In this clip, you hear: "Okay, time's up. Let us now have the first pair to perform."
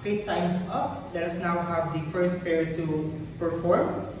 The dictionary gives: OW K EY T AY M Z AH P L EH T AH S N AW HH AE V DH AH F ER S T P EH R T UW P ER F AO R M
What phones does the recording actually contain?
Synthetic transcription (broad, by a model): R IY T AY M S AH P L EH T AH S N AW HH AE V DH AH F ER S T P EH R T UW P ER F AO R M